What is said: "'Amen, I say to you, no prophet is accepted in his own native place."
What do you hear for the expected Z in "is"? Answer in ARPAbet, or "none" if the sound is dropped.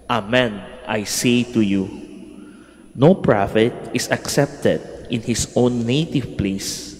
S